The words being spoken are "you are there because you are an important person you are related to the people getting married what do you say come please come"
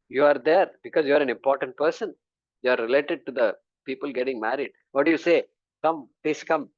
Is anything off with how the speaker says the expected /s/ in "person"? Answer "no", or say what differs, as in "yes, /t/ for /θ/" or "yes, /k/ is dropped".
no